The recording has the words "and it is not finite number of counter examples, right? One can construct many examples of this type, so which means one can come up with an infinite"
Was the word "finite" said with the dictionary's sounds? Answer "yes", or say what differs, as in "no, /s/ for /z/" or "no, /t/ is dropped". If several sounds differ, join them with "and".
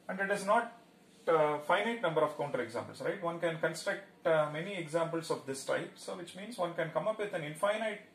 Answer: yes